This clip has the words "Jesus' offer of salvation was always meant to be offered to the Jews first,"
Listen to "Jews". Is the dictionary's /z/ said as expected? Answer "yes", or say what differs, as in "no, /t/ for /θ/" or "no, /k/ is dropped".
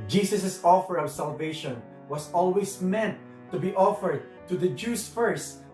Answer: no, /s/ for /z/